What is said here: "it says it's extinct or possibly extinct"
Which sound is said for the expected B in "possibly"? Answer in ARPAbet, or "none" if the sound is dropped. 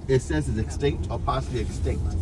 none